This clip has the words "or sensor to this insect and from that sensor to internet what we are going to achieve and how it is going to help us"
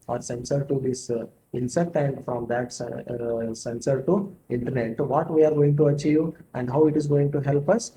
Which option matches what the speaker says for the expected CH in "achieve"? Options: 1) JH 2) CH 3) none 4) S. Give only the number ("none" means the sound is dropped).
2